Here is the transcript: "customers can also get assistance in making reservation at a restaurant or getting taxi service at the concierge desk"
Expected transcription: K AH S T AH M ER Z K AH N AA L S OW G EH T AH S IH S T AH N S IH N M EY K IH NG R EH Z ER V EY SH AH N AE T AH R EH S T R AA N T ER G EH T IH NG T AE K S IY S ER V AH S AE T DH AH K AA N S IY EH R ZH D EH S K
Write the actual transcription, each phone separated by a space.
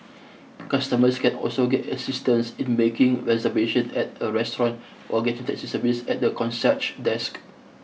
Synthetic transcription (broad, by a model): K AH S T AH M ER S K AH N AA L S OW G EH T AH S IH S T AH N S IH N M EY K IH NG R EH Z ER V EY SH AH N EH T AH R EH S T R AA N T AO G EH T IH NG T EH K S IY S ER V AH S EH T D AH K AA N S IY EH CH D EH S K